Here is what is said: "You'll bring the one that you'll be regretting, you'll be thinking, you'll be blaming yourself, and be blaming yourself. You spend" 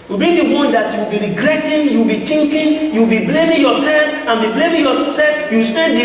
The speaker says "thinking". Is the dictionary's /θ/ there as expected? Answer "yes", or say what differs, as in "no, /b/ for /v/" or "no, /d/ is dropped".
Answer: no, /t/ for /θ/